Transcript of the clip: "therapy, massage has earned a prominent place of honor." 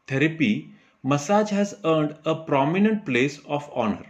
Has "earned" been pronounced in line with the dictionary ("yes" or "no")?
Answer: yes